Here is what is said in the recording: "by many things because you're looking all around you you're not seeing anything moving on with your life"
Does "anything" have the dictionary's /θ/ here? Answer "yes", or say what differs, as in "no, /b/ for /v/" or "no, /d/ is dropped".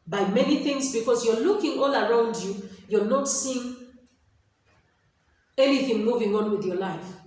yes